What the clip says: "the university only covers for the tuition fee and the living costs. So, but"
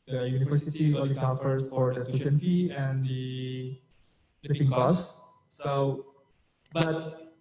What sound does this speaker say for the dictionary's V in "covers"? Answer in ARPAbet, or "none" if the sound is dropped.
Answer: F